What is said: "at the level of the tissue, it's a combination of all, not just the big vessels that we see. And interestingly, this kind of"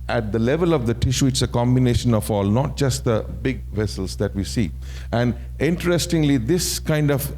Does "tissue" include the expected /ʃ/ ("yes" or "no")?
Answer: yes